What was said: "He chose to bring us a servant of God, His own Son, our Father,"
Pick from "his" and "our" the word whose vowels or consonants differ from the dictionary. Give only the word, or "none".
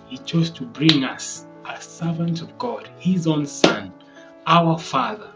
none